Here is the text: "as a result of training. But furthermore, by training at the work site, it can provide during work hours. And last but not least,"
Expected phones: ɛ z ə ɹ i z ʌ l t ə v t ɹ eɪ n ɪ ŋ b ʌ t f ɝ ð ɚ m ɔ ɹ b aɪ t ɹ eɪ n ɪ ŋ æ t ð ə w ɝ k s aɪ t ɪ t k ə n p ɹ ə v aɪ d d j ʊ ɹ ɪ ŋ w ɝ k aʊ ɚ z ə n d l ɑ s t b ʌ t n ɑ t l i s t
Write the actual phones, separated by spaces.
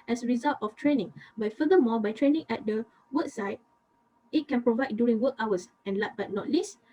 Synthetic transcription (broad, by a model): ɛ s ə ɹ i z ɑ l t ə f t ɹ eɪ n ɪ ŋ b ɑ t f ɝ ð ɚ m ɔ b aɪ t ɹ eɪ n ɪ ŋ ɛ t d ə w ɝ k s aɪ t ɪ t k ə n p ɹ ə v aɪ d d j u ɹ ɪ ŋ w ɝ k aʊ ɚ s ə n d l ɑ t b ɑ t n ɑ t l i s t